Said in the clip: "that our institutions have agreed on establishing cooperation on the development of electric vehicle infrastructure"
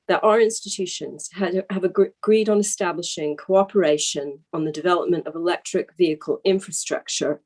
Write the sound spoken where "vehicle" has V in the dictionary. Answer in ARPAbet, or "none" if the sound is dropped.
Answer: V